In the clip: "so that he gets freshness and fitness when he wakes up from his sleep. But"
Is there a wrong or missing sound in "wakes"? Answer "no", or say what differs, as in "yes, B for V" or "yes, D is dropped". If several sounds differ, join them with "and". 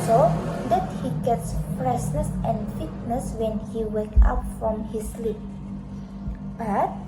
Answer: yes, S is dropped